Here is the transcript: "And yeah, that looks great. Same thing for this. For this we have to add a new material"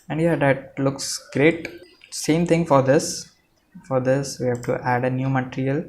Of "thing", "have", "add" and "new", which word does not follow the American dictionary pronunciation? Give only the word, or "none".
thing